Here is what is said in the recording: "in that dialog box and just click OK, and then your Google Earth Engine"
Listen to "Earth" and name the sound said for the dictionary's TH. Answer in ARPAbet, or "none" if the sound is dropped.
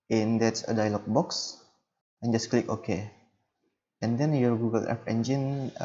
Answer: F